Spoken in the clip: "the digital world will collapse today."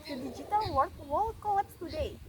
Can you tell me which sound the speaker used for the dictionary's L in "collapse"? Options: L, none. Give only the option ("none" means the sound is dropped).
none